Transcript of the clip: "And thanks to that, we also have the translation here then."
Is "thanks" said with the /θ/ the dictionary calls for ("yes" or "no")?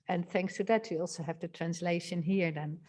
yes